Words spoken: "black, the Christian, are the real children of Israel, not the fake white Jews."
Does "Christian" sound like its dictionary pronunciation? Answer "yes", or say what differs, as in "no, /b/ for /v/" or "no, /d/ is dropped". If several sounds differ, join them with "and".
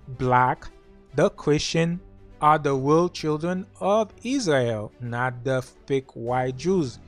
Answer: yes